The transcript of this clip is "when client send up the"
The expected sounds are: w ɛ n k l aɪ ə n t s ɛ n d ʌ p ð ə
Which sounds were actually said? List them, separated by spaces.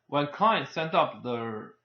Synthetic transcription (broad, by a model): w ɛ n k aɪ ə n s ɛ n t ʌ p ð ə